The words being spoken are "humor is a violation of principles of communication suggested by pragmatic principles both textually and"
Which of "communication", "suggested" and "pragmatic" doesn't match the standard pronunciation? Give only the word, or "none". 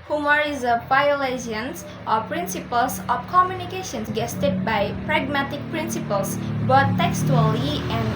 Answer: suggested